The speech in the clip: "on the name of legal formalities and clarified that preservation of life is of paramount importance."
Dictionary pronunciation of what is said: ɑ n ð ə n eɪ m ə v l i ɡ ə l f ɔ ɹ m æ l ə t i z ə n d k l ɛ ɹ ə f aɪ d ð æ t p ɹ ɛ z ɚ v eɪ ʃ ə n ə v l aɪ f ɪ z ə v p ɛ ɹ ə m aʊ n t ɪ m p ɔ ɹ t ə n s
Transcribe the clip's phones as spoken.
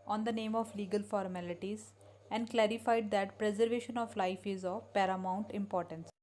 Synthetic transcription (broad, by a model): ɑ n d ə n eɪ m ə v l i ɡ ə l f ɔ ɹ m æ l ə t i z ə n d k l ɛ ɹ ə f aɪ d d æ t p ɹ ɛ z ɚ v eɪ ʃ ə n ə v l aɪ f ɪ z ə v p ɛ ɹ ə m aʊ n t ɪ m p ɔ ɹ t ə n s